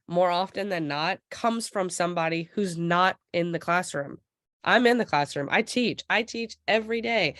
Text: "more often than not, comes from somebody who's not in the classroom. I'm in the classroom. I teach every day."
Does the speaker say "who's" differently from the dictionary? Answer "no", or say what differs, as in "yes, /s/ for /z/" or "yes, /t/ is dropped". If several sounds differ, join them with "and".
no